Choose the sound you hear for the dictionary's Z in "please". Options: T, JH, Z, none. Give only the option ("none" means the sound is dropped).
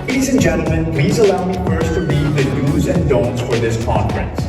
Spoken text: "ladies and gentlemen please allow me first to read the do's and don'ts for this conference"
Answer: Z